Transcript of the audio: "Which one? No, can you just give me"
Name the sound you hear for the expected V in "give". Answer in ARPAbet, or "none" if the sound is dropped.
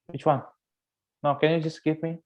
P